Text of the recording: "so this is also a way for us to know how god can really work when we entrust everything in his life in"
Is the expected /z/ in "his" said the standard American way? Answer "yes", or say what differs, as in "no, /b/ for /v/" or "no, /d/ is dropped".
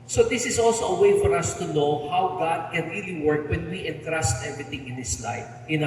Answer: no, /s/ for /z/